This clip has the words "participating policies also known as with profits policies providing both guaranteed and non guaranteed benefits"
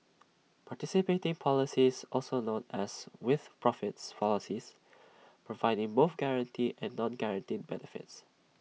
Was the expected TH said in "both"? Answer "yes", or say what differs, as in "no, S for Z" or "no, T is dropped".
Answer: no, F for TH